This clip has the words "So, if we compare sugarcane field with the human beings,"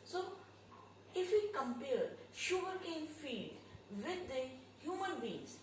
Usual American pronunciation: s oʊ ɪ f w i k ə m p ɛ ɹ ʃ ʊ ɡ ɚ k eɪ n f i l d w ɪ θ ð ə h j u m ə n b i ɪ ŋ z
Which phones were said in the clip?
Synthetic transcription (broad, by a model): s oʊ ɪ f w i k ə m p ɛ ɹ ʃ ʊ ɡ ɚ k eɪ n f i d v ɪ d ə h j u m ə n b i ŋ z